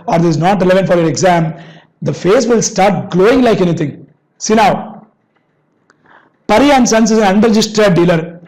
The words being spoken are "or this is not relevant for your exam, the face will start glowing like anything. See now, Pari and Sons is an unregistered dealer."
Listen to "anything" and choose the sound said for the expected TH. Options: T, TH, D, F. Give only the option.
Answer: T